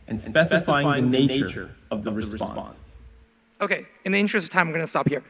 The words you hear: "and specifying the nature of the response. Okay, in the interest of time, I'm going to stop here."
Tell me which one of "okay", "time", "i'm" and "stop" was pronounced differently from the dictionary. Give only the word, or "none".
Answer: time